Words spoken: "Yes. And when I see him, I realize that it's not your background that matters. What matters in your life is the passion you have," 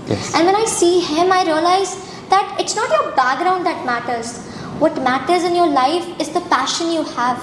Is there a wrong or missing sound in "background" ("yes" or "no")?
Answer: yes